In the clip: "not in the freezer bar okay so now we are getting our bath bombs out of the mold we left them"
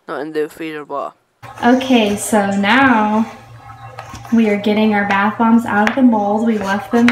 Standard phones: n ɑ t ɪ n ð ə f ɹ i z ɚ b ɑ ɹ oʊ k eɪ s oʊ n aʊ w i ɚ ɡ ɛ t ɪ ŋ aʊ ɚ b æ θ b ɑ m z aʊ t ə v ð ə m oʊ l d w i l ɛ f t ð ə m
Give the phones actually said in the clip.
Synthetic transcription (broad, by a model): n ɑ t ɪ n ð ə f i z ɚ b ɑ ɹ oʊ k eɪ s oʊ n aʊ w i ɚ ɡ ɛ t ɪ ŋ aʊ ɚ b æ θ b ɑ m z aʊ t ə v ð ə m oʊ l d w i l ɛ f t ð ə m